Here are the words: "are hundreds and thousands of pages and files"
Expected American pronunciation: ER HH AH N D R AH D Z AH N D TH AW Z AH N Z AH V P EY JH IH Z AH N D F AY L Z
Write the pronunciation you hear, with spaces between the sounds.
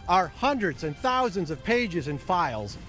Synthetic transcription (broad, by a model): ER HH AH N D R AH D Z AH N TH AW Z AH N Z AH V P EY JH IH Z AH N F AY L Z